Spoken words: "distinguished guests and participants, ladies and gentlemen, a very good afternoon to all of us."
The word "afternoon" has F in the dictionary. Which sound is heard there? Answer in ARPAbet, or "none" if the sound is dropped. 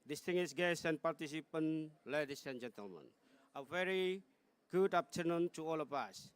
P